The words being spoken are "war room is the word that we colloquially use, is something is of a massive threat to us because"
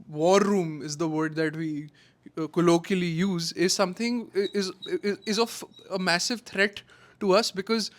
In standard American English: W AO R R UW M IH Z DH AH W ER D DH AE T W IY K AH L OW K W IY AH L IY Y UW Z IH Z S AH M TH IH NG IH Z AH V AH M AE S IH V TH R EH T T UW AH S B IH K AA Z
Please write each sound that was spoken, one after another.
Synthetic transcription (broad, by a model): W AO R R UW M IH Z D AH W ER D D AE T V IY K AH L OW K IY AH L IY Y UW Z IH Z S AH M T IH NG IH Z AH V AH M AE S IH V T R EH T T UW AH S B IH K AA Z